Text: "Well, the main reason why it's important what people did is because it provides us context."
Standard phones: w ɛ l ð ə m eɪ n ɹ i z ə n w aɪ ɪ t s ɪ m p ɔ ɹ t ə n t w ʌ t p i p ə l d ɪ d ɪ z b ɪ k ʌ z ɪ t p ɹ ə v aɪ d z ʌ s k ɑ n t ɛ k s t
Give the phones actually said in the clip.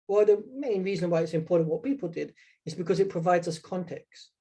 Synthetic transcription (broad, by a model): w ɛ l ð ə m eɪ n ɹ i z ə n w aɪ ɪ t s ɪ m p ɔ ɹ t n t w ʌ t p i p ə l d ɪ d ɪ z b ɪ k ʌ z ɪ t p ɹ ə v aɪ d z ʌ s k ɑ n t ɛ k s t